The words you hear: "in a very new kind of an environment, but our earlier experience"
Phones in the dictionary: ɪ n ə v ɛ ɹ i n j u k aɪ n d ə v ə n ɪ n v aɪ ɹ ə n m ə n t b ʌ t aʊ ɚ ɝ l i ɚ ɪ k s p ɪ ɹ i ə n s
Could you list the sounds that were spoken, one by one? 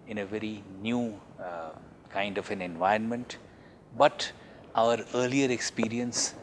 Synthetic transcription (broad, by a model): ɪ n ə v ɛ ɹ i n j u k aɪ n d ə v ə n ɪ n v aɪ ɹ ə n m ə n t b ʌ t aʊ ɚ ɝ l i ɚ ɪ k s p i ɹ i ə n s